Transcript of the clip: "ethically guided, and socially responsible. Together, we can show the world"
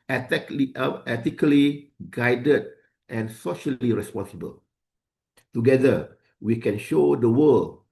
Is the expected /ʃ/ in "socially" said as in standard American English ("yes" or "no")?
yes